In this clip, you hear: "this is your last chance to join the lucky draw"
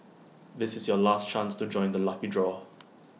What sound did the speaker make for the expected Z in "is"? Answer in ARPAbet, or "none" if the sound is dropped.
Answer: Z